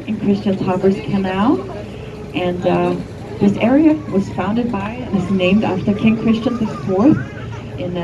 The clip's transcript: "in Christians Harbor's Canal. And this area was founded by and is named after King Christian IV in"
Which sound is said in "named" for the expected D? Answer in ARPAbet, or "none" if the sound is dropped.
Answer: D